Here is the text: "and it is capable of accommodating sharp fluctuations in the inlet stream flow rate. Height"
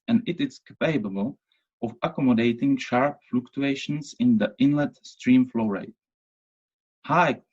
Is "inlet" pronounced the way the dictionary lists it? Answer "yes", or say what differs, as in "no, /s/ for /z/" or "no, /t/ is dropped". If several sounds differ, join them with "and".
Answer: yes